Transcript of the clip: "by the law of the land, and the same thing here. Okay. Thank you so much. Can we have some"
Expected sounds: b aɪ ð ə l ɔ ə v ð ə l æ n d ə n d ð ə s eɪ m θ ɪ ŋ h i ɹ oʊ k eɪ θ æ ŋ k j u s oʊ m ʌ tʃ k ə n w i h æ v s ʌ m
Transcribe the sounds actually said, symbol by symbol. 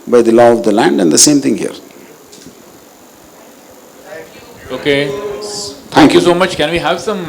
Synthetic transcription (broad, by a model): b aɪ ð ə l ɔ ə v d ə l æ n d ə n d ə s eɪ m t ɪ ŋ h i ɹ oʊ k eɪ t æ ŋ k j u s oʊ m ʌ tʃ k ə n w i h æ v s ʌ m